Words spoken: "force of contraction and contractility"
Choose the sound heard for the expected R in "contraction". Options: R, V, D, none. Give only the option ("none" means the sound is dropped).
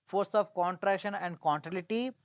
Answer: R